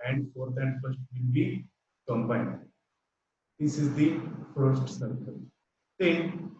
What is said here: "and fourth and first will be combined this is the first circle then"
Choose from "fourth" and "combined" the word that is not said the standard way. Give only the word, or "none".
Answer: fourth